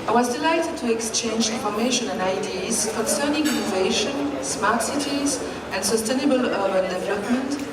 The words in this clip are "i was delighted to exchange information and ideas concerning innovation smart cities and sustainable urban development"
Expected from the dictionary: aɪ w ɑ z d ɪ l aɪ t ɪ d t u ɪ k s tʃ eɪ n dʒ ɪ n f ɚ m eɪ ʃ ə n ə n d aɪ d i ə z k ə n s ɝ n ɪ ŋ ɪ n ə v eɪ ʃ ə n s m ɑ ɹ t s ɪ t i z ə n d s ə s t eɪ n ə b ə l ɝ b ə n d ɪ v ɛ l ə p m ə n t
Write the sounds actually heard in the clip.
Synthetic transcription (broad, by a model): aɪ w ɑ z d ɪ l aɪ t ɪ d t u ɪ k s tʃ eɪ n dʒ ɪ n f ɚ m eɪ ʃ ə n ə n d aɪ d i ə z k ə n s ɝ n ɪ ŋ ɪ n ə v eɪ ʃ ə n s m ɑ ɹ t s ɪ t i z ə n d s ə s t eɪ n ə b ə l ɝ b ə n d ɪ v ɛ l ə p m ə n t